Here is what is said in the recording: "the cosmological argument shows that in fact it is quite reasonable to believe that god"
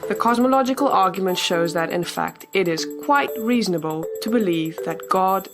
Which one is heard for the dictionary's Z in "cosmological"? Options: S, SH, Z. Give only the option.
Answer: Z